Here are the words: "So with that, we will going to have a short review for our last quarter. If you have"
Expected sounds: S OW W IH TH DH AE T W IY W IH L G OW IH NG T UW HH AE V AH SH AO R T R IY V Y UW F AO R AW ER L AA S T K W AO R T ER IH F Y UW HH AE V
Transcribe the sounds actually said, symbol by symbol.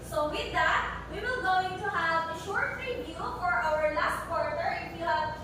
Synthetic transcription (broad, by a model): S OW W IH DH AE T W IY W IH L G OW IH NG T UW HH AE V AH SH AO R T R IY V Y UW F AO R AW ER L AA S T K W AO R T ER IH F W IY HH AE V